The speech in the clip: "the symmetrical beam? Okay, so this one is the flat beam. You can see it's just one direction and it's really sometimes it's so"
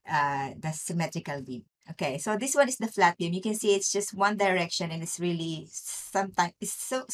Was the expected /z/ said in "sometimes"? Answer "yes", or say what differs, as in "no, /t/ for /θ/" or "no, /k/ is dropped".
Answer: no, /z/ is dropped